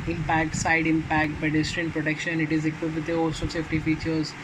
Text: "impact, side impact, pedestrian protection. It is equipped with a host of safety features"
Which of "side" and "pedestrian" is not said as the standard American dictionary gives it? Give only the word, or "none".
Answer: pedestrian